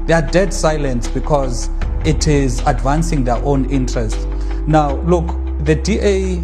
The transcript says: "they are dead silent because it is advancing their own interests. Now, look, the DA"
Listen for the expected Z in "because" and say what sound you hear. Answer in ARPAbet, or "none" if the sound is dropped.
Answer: Z